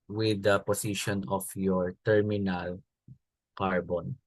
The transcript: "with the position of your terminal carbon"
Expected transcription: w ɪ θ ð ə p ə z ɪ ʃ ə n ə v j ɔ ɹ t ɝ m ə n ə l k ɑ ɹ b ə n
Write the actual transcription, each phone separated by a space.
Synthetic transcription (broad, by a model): w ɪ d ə p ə s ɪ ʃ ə n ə f j ɔ ɹ t ɝ m ə n ə l k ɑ ɹ b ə n